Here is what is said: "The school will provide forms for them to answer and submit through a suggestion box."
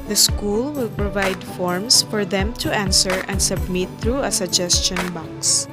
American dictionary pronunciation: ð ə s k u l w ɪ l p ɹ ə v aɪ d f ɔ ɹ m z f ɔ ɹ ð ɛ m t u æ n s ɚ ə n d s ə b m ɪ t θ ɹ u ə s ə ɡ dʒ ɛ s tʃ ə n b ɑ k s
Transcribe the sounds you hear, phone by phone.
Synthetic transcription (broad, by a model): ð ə s k u l w ɪ l p ɹ ə v aɪ d f ɔ ɹ m s f ɔ ɹ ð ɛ m t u æ n s ɚ ə n d s ə b m ɪ t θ ɹ u ə s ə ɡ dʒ ɛ s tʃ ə n b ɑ k s